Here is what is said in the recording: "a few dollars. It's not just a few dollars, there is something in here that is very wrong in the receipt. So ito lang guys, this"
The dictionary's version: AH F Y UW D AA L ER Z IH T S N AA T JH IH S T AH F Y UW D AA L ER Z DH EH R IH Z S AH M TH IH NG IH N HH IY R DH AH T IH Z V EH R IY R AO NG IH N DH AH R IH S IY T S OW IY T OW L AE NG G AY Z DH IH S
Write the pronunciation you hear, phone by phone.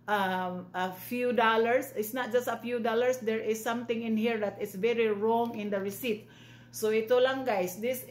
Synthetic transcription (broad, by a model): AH F Y UW D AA L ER S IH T S N AA T JH IH S T AH F Y UW D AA L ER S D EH R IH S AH M T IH NG IH N HH IY R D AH T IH S V EH R IY R AO NG IH N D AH R IH S IY T S OW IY T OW L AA NG G AY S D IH S